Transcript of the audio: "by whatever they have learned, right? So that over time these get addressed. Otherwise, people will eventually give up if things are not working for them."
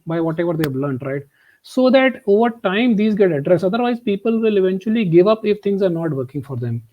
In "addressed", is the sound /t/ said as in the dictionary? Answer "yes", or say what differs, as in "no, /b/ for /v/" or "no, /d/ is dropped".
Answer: no, /t/ is dropped